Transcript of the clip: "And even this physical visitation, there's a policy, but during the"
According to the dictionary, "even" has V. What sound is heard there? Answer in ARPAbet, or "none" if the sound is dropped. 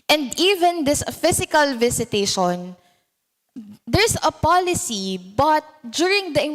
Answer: V